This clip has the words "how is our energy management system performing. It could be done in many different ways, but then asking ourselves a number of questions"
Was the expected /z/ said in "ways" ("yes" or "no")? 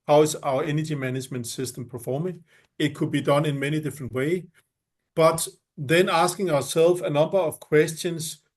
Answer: no